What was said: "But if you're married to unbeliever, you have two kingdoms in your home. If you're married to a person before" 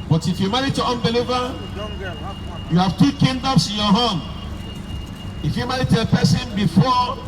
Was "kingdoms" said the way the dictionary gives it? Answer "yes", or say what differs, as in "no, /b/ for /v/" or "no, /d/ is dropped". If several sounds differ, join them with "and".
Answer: no, /s/ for /z/